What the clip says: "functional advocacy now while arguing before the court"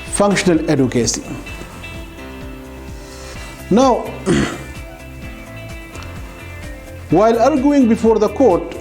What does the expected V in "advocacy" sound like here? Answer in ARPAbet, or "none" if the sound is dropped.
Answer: none